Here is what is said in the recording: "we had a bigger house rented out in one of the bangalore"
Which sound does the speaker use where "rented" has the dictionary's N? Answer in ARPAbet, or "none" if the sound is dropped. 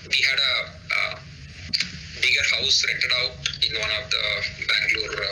none